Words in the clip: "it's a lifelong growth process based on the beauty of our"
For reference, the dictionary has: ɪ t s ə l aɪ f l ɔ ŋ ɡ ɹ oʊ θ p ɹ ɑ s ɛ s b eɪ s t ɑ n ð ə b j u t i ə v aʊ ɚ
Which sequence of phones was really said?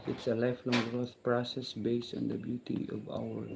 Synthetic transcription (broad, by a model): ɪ t s ə l aɪ f l ɔ ŋ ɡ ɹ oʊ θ p ɹ ɑ s ɛ s b eɪ s t ɑ n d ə b j u t i ə v aʊ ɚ